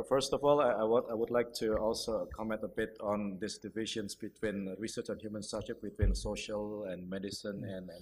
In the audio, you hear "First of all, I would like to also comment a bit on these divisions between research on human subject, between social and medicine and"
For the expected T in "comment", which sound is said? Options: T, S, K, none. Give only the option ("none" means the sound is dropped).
T